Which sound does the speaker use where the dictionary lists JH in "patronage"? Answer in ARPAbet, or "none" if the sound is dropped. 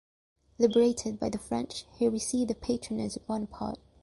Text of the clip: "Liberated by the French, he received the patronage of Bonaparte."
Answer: Z